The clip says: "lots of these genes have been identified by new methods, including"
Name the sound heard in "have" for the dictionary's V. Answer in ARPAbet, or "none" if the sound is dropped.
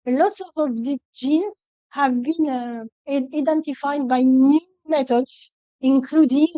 V